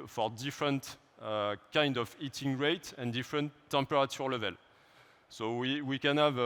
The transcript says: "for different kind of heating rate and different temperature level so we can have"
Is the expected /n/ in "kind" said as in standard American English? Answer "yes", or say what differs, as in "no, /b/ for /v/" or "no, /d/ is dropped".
yes